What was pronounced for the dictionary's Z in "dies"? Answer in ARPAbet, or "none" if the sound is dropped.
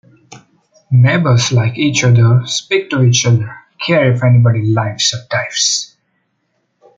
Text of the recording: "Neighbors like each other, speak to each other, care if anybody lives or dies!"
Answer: S